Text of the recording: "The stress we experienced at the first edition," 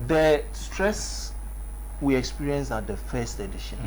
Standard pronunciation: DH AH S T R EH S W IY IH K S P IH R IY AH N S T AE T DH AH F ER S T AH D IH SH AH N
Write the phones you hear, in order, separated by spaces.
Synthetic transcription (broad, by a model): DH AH S T R EH S W IY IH K S P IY R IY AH N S AA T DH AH F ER S T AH D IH SH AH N